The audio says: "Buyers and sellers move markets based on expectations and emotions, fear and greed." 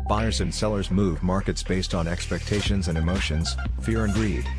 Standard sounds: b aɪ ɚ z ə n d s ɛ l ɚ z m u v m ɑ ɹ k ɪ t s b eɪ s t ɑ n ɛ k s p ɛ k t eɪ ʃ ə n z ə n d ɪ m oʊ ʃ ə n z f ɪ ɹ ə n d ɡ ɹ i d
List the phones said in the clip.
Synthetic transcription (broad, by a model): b aɪ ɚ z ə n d s ɛ l ɚ z m u v m ɑ ɹ k ɪ t s b eɪ s t n ɛ k s p ɛ k t eɪ ʃ ə n z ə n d ɪ m oʊ ʃ ə n z f ɪ ɹ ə n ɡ ɹ i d